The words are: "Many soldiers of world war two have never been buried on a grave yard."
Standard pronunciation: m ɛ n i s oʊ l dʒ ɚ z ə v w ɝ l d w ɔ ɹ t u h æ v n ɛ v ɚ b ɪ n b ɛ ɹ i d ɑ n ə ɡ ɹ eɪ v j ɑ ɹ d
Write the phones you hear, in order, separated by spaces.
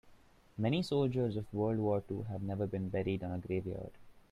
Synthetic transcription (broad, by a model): m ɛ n i s oʊ l dʒ ɚ z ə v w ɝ l d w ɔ ɹ t u h æ v n ɛ v ɚ b ɪ n b ɛ ɹ i d ɑ n ə ɡ ɹ eɪ v j ɑ ɹ d